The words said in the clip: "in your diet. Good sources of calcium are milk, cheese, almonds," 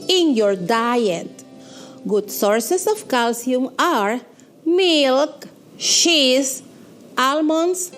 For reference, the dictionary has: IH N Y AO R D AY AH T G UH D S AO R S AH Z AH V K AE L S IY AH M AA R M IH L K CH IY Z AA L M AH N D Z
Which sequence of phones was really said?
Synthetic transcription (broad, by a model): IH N Y AO R D AY AH T G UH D S AO R S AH S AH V K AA L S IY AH M AA R M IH L K SH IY S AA L M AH N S